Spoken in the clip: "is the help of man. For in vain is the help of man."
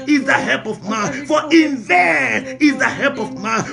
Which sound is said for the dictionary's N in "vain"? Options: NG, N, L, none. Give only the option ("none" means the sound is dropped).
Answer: none